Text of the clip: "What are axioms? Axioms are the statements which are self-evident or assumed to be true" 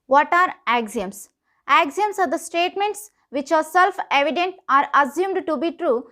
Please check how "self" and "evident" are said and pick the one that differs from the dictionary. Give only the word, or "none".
none